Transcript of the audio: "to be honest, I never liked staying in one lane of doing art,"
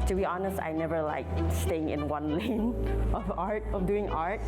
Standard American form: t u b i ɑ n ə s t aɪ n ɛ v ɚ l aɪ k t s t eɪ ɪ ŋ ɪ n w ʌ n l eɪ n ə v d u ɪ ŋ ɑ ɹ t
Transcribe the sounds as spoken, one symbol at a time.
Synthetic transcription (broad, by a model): t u b i ɑ n ə s t aɪ n ɛ v ɚ l aɪ k s t eɪ ɪ ŋ ɪ n w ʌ n l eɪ n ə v d u ɪ ŋ ɑ ɹ t